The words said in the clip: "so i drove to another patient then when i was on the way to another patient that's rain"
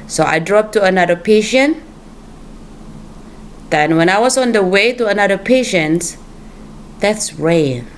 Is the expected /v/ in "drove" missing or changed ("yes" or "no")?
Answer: yes